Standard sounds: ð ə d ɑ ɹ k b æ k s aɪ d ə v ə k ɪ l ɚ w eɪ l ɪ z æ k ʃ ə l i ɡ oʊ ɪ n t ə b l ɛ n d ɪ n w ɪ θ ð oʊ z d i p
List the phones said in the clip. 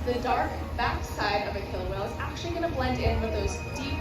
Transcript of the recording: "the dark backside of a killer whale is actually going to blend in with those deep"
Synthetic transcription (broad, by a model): ð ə d ɑ ɹ k b æ k s aɪ d ə v ə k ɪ l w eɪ ɪ z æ k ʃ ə l i ɡ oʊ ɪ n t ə b l ɛ n d ɪ n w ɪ ð oʊ z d i p